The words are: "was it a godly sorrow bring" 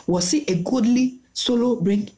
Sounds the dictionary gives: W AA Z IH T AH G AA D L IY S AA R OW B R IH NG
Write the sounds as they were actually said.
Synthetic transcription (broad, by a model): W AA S IH T AH G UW D L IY S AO L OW B R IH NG